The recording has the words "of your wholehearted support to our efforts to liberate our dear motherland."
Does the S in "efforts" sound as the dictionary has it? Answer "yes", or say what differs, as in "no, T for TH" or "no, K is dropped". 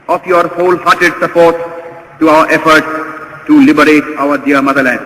no, S is dropped